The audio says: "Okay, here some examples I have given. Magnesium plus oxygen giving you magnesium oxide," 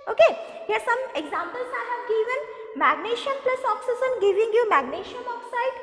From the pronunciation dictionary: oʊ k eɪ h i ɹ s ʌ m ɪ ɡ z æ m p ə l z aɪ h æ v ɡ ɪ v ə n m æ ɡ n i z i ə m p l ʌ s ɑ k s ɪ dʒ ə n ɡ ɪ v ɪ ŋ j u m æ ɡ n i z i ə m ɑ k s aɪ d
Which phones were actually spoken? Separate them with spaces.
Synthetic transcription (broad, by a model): oʊ k eɪ h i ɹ s ʌ m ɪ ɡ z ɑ m p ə l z aɪ h æ v ɡ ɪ v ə n m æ ɡ n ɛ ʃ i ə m p l ʌ s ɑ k s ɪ z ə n ɡ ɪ v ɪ ŋ j u m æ ɡ n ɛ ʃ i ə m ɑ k s aɪ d